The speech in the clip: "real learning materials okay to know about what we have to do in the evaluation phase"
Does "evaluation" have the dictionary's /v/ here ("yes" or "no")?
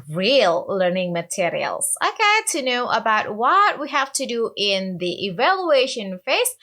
yes